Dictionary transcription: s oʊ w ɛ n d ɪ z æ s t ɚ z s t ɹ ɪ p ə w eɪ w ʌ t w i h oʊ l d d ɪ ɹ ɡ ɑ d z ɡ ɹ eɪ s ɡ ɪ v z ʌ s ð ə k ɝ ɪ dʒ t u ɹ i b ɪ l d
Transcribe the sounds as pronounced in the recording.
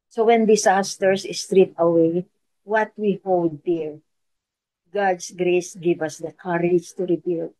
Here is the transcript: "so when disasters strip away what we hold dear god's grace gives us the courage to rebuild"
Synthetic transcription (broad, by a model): s oʊ w ɛ n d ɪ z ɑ s t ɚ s s t ɹ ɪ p ə w eɪ w ʌ t w i h oʊ l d d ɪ ɹ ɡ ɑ d s ɡ ɹ eɪ s ɡ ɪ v ʌ s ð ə k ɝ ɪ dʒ t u ɹ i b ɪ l